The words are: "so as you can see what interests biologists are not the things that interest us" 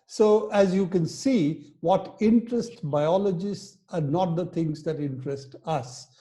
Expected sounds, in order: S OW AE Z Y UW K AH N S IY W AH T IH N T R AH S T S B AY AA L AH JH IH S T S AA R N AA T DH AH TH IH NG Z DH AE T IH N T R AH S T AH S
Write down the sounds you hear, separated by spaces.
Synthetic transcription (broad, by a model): S OW AE Z Y UW K AH N S IY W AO T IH N T R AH S T B AY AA L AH JH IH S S AA R N AA T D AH T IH NG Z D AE T IH N T R AH S T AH S